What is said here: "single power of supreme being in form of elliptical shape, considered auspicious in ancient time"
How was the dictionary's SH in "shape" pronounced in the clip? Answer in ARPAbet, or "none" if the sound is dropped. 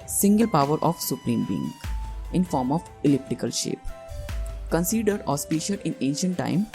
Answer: SH